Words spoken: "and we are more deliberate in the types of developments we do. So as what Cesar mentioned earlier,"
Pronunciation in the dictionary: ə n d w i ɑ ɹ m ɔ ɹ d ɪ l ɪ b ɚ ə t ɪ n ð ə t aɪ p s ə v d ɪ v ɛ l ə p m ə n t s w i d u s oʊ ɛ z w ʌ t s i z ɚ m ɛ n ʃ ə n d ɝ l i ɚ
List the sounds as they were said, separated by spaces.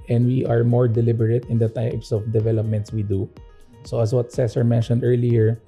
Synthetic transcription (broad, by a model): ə n d w i ɑ ɹ m ɔ ɹ d ɪ l ɪ b ɚ ə t ɪ n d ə t aɪ p s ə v d ɪ v ɛ l ə p m ə n t s w i d u s oʊ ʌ s w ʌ t s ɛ s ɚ m ɛ n ʃ ə n d ɝ l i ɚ